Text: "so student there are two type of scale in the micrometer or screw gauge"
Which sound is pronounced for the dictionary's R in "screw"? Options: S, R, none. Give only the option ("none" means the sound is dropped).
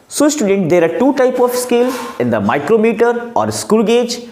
none